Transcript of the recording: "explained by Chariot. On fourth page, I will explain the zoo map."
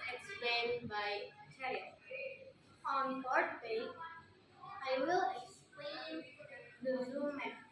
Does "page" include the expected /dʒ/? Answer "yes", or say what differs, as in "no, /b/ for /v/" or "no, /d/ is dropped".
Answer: no, /dʒ/ is dropped